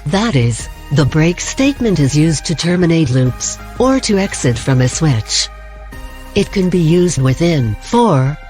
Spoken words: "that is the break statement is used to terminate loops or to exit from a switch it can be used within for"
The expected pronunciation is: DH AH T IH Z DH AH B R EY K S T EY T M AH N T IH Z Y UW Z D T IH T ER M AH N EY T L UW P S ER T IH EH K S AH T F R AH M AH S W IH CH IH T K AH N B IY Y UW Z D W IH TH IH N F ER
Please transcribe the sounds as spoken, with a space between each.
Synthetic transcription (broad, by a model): DH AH T IH Z DH AH B R EY K S T EY T M AH N T IH Z Y UW Z T IH T ER M AH N EY T L UW P S ER T IH EH K S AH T F R AH M AH S W IH CH IH T K AH N B IY Y UW Z D W IH TH IH N F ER